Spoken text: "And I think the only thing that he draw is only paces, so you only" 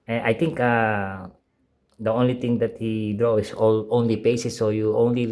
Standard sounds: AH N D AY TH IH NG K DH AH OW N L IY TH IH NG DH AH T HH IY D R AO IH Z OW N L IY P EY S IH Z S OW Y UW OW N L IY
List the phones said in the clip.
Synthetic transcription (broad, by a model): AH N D AY T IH NG K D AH OW N L IY T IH NG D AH T HH IY D R AO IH S OW N L IY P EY S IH S OW Y UW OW N L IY